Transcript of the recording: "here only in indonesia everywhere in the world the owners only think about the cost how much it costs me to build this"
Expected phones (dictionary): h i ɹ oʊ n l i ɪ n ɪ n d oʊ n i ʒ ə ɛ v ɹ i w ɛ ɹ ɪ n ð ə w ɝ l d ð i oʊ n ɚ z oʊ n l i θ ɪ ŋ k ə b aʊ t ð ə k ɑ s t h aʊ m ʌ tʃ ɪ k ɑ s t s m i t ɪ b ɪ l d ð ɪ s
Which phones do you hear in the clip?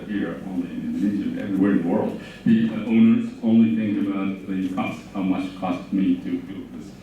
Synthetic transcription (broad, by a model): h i ɹ oʊ n l i ɪ n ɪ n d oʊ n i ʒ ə ɛ v ɹ i w ɛ ɹ ɪ n ð ə w ɝ l d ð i oʊ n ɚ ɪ oʊ n l i θ ɪ ŋ ə b aʊ t ð ə k ɑ s t h aʊ m ʌ tʃ k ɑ s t m i t ɪ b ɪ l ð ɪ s